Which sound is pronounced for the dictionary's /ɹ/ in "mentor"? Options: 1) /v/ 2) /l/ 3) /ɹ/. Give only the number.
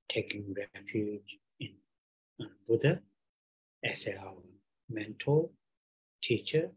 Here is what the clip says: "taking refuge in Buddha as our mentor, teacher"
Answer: 2